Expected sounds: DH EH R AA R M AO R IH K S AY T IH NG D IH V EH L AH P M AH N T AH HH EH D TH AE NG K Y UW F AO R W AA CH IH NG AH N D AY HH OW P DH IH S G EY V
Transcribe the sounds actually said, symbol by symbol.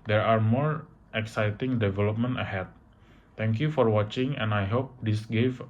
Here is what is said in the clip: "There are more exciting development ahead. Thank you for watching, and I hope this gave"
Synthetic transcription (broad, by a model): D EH R AA R M AO R IH K S AY T IH NG D IH V EH L AH P M AH N T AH HH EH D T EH NG K Y UW F AO R W AA CH IH NG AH N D AY HH OW P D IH S G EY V